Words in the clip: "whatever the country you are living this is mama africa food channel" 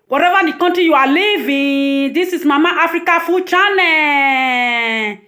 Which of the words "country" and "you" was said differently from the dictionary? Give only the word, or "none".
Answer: country